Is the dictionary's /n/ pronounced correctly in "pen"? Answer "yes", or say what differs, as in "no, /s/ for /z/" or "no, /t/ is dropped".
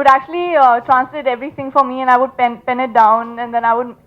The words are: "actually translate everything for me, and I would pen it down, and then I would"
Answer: yes